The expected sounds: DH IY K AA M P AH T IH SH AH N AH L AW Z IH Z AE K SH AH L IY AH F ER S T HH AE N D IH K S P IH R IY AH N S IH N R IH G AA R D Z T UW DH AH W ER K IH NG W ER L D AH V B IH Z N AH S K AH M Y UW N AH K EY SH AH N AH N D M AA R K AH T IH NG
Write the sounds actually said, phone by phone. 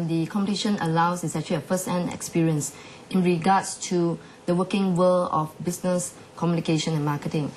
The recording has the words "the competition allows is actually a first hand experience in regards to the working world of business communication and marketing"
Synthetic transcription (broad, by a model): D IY K AA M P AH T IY SH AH N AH L AW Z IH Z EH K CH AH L IY AH F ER S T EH N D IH K S P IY R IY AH N S IH N R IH G AA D S T UW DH AH W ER K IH NG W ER L AH F B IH S N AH S K AH M Y UW N AH K EY SH AH N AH N M AA K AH T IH NG